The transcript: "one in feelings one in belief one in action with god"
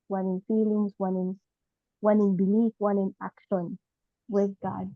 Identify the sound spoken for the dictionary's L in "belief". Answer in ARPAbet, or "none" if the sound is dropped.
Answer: N